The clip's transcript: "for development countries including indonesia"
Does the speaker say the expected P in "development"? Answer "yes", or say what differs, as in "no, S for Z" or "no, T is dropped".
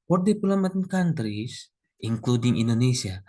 no, P is dropped